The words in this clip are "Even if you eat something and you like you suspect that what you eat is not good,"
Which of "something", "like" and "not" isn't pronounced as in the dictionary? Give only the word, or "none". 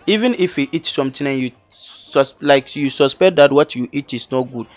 something